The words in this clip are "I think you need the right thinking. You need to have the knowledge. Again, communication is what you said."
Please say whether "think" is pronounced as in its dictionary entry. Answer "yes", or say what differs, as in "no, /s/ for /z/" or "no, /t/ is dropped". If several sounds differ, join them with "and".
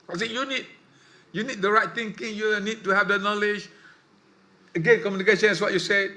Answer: no, /s/ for /θ/